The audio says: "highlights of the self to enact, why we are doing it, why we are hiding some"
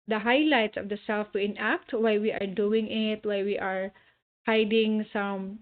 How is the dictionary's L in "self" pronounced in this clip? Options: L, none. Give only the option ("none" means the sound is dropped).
L